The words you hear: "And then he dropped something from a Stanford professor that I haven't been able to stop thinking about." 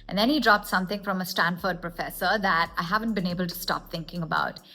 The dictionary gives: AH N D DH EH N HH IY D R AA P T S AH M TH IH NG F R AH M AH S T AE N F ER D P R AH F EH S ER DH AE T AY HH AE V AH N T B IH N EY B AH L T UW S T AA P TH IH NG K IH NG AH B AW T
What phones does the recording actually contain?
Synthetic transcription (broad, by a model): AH N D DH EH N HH IY D R AA P T S AH M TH IH NG F R AH M AH S T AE N F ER D P R AH F EH S ER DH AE T AY HH AE V AH N T B IH N EY B AH L T UW S T AA P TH IH NG K IH NG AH B AW T